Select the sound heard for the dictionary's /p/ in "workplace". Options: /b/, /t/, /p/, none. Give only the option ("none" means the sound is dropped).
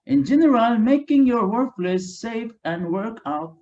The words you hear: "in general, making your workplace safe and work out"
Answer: none